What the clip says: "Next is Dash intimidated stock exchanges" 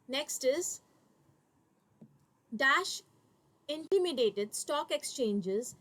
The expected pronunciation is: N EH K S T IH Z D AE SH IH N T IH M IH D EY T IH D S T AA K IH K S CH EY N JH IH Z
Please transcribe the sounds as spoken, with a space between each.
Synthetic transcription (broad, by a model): N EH K S T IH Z D AE SH IH N T IH M IH D EY T IH D S T AA K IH K S CH EY N JH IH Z